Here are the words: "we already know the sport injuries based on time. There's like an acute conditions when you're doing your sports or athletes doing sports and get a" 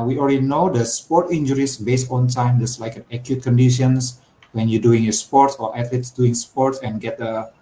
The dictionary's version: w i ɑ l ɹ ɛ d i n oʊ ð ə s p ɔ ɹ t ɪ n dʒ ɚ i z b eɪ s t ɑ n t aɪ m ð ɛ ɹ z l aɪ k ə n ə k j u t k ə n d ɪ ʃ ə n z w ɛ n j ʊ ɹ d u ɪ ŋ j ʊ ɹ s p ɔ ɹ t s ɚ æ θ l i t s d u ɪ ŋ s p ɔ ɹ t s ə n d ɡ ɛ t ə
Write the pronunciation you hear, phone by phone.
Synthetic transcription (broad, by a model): w i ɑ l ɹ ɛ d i n oʊ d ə s p ɔ ɹ t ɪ n dʒ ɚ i s b eɪ s t ɑ n t aɪ m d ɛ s l aɪ k ə n ə k j u t k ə n d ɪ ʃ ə n s w ɛ n j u d u ɪ ŋ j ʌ s p ɔ ɹ t s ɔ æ t l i t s d u ɪ ŋ s p ɔ ɹ t s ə n ɡ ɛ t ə